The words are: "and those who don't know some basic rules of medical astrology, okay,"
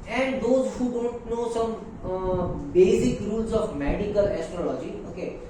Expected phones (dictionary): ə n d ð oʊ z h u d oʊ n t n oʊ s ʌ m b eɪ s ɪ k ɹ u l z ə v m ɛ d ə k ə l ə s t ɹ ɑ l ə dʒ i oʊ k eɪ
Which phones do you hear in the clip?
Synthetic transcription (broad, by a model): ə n d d oʊ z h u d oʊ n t n oʊ s ʌ m b eɪ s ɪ k ɹ u l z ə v m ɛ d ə k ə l ə s t ɹ ɑ l ə dʒ i oʊ k eɪ